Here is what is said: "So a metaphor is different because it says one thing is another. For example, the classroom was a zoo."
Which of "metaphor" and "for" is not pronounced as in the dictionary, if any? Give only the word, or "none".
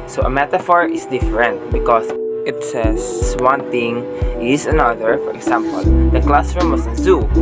none